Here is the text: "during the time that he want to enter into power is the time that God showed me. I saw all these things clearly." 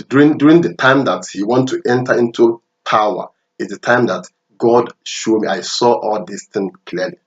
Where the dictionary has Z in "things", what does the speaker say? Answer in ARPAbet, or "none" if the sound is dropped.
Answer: none